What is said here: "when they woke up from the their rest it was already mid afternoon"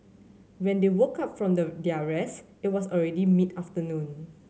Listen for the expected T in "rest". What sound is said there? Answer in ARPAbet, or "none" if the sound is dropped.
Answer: none